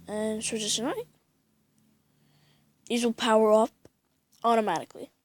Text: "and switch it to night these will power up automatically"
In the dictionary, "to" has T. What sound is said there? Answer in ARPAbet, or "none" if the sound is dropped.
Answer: S